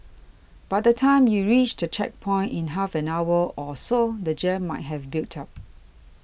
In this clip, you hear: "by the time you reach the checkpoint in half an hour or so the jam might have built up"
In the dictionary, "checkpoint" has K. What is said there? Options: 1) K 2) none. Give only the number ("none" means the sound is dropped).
1